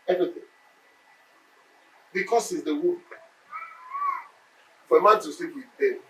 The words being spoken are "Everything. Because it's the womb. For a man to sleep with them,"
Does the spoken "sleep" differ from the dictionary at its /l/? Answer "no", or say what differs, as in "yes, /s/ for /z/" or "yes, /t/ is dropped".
yes, /l/ is dropped